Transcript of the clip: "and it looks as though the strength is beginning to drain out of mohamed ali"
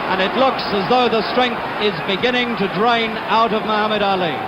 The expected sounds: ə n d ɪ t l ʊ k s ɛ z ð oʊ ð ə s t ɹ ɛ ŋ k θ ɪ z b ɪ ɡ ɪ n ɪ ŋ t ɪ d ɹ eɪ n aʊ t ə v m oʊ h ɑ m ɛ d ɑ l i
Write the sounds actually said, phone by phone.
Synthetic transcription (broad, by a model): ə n ɪ t l ʊ k s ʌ z ð oʊ ð ə s t ɹ ɛ ŋ k θ ɪ z b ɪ ɡ ɪ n ɪ ŋ t ɪ d ɹ eɪ n aʊ t ə v m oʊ h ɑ m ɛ d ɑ l i